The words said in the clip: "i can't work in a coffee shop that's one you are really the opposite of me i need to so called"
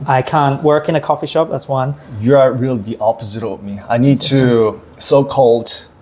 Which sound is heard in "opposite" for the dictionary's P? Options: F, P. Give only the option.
P